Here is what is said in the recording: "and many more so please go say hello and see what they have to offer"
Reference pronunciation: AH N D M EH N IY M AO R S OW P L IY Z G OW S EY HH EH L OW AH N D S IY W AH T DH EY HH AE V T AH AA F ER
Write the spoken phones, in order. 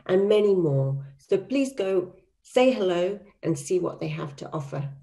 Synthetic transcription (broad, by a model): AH N M EH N IY M AO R S OW P L IY Z G OW S EY HH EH L OW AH N S IY W AH T DH EY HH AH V T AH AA F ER